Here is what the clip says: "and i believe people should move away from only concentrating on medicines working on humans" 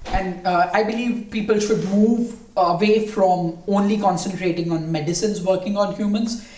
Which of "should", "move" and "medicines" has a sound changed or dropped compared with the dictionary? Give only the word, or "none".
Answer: none